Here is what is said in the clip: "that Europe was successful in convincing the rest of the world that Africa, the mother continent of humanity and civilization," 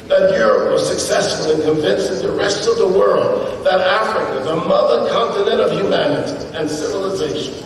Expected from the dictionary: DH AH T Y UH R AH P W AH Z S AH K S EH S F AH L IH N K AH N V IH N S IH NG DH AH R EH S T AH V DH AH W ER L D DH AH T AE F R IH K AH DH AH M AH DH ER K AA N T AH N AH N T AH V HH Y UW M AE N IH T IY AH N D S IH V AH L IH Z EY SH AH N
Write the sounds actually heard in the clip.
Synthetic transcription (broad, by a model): DH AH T Y UH R AH P W AH Z S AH K S EH S F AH L IH N K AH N V IH N S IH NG DH AH R EH S T AH V DH AH W ER L D DH AH T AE F R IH K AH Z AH M AH DH ER K AA N T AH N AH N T AH V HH Y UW M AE N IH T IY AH N S IH V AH L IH Z EY SH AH N